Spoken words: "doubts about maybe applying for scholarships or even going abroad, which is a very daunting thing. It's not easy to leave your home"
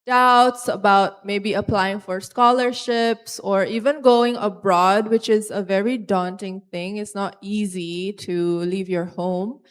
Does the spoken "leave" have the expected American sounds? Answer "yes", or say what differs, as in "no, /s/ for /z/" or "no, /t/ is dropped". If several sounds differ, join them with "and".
yes